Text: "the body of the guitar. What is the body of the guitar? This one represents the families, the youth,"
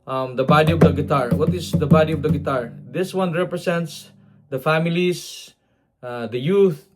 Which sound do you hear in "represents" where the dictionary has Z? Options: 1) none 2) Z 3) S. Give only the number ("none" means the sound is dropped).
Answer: 3